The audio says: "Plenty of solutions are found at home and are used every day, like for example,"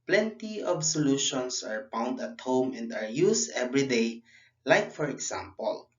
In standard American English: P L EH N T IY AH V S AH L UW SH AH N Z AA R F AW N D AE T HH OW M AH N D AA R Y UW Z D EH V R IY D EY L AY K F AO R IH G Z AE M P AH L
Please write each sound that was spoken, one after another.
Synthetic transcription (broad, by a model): P L EH N T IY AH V S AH L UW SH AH N S AA R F AW N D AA T HH OW M AH N D AA R Y UW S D EH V R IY D EY L AY K F AO R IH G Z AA M P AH L